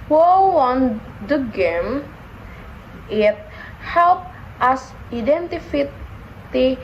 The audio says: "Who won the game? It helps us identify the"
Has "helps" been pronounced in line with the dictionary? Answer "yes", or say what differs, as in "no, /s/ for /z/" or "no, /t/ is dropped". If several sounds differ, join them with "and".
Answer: no, /s/ is dropped